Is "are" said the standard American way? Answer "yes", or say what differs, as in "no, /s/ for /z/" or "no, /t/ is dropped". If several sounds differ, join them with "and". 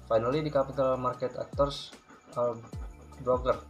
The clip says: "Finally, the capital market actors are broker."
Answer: no, /l/ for /ɹ/